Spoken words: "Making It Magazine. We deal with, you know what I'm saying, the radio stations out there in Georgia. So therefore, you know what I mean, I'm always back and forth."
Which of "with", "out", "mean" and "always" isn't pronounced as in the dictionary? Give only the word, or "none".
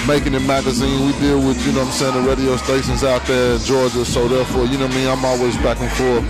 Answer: mean